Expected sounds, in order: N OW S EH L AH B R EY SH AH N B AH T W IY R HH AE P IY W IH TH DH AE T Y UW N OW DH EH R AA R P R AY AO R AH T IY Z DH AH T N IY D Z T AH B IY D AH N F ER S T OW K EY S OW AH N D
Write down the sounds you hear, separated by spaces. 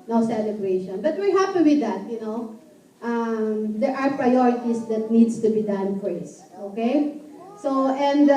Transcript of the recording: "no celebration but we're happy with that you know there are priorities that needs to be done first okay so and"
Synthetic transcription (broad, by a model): N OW S EH L AH B R EY SH AH N B AH T W IY R HH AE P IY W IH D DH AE T Y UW N OW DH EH R AA R P R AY AO R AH T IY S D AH T N IY D S T AH B IY D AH N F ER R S OW K EY S OW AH N D